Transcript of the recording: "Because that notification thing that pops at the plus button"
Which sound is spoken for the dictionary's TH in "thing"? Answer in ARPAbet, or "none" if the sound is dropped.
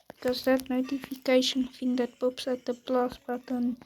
F